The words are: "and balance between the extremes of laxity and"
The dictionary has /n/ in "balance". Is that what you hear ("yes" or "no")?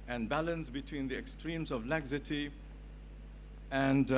yes